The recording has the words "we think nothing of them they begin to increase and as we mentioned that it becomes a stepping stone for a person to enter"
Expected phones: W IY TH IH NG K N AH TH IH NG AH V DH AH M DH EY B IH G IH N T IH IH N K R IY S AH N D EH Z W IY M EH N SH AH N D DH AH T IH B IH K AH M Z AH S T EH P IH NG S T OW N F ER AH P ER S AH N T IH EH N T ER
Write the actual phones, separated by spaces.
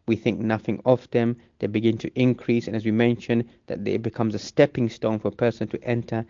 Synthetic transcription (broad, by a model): W IY TH IH NG K N AH TH IH NG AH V DH AH M DH EY B IH G IH N T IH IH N K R IY S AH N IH Z W IY M EH N SH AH N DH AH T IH B IH K AH M Z AH S T EH P IH NG S T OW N F ER AH P ER S AH N T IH EH N T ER